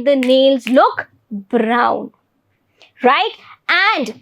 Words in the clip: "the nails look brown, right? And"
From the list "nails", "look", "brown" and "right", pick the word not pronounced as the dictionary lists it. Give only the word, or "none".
none